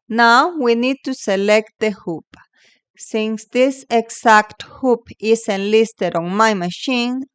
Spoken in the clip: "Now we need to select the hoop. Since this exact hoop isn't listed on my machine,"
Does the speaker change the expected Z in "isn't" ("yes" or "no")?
yes